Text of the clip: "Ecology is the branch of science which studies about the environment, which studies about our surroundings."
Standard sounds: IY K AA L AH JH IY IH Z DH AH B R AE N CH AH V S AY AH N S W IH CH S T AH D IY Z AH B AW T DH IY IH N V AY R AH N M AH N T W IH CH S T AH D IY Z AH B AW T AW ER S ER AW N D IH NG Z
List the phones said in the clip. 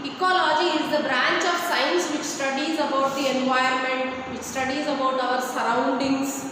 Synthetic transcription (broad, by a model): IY K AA L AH JH IY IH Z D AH B R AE N CH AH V S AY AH N S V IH CH S T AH D IY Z AH B AW T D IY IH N V AY AH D M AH N T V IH CH S T AH D IY Z AH B AW T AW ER S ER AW N D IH NG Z